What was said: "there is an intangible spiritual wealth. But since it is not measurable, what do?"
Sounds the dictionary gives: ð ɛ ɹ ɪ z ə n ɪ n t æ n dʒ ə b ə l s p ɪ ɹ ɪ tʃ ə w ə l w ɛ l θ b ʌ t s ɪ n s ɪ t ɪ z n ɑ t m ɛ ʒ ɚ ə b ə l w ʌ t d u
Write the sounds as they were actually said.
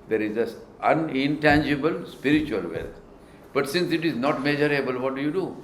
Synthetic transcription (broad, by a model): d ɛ ɹ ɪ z ə n ɪ n t æ n dʒ ə b ə l s p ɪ ɹ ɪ tʃ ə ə l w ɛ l t b ʌ t s ɪ n s ɪ t ɪ z n ɑ t m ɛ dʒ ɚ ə b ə l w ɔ t d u